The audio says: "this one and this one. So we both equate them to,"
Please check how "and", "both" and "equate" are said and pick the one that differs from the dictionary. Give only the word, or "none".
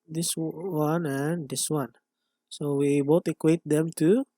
both